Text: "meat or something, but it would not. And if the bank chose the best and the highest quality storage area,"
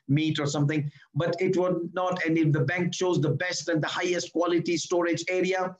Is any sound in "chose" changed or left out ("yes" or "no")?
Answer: no